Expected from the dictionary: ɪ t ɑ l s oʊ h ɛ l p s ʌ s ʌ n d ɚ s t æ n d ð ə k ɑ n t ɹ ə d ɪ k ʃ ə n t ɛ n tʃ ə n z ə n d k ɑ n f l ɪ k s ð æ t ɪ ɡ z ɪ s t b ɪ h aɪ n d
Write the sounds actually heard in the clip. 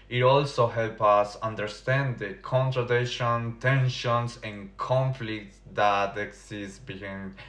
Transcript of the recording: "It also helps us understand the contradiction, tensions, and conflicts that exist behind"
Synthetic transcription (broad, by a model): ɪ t ɑ l s oʊ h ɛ l p ʌ s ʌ n d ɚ s t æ n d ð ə k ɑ n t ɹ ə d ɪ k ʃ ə n t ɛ n ʃ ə n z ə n k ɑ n f l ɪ k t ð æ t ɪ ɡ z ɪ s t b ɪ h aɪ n